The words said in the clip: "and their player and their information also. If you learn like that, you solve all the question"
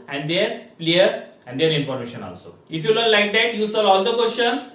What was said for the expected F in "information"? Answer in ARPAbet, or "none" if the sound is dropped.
P